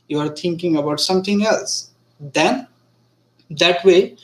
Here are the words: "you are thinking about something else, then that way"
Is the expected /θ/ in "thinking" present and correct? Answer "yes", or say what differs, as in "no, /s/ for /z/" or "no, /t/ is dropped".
no, /t/ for /θ/